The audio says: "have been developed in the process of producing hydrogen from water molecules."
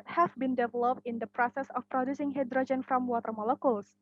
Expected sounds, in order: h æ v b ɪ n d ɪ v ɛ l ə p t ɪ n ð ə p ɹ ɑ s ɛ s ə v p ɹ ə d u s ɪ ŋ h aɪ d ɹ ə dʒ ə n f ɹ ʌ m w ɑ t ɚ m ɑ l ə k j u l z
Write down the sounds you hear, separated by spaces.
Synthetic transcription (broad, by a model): h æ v b ɪ n d ɪ v ɛ l ə p t ɪ n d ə p ɹ ɑ s ɛ s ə f p ɹ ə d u s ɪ ŋ h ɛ d ɹ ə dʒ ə n f ɹ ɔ m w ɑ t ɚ m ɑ l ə k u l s